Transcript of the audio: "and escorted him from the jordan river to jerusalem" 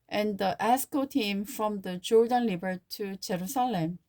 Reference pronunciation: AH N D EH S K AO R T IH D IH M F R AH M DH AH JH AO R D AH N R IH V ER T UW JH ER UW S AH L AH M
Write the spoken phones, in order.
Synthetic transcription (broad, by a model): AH N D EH S K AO T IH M F R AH M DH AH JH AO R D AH N L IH B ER T UW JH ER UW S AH L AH M